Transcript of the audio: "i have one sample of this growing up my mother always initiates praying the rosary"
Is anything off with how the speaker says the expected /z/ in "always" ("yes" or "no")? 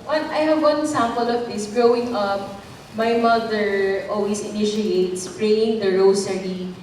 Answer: yes